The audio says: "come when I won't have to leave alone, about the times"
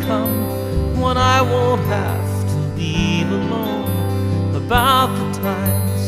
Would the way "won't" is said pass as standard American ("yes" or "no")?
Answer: no